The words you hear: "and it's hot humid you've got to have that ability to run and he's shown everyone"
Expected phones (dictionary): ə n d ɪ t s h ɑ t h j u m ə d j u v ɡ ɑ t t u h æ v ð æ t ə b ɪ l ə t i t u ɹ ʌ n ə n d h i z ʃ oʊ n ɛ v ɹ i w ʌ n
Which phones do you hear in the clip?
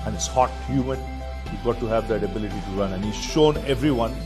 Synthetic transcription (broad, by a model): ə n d ɪ t s h ɑ t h j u m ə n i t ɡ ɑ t t u h æ v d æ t ə b ɪ l ə t i t u ɹ ʌ n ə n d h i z ʃ oʊ n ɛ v ɹ i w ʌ n